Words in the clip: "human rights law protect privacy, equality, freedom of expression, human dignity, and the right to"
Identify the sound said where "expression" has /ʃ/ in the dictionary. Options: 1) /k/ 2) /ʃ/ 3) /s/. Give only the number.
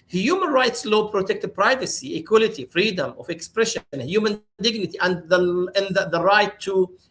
2